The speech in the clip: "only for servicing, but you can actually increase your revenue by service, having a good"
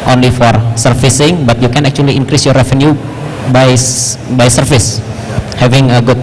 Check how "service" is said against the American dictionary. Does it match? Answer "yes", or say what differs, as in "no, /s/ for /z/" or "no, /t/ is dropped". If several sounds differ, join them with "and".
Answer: no, /f/ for /v/